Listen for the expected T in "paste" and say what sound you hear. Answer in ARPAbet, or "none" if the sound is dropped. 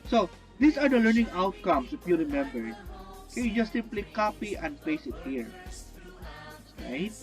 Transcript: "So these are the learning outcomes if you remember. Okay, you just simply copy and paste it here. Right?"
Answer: none